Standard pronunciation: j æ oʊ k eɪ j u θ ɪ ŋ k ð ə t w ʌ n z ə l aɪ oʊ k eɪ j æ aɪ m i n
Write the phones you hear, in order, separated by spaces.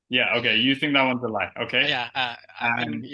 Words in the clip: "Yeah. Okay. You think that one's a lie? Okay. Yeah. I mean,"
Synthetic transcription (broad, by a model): j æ oʊ k eɪ j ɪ θ ɪ ŋ k ð ə t w ʌ n z ə l aɪ oʊ k eɪ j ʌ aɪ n